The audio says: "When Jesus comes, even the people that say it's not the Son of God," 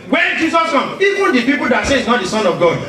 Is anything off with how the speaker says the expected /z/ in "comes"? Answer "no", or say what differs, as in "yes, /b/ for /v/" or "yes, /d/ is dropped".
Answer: yes, /z/ is dropped